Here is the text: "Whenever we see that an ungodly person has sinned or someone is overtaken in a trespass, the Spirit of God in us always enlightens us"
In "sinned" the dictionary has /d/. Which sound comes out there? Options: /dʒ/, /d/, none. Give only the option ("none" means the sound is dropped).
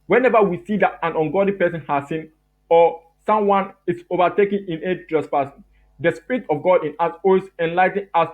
none